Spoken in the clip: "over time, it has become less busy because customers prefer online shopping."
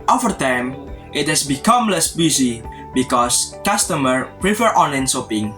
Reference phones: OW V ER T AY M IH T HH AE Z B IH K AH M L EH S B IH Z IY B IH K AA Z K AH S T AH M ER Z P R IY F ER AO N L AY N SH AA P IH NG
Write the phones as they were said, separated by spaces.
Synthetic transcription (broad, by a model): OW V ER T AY M IH T HH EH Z B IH K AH M L EH S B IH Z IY B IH K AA S K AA S T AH M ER P R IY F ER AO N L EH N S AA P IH NG